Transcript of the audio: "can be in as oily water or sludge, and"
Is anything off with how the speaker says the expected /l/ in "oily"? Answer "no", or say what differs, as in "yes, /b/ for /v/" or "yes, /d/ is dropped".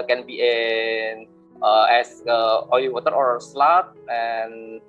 yes, /l/ is dropped